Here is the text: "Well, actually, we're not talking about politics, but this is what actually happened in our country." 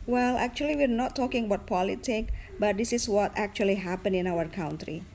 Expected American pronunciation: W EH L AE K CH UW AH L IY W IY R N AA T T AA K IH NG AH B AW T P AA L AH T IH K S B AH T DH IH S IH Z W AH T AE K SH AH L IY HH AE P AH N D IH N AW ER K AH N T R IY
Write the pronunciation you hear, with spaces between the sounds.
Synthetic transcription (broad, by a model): W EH L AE K CH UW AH L IY W IY R N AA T T AA K IH NG AH B AW T P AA L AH T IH K B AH T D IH S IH S W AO T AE K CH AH L IY HH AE P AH N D IH N AW ER K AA N T R IY